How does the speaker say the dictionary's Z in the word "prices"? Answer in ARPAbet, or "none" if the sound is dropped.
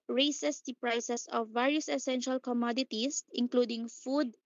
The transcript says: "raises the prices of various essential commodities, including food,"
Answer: S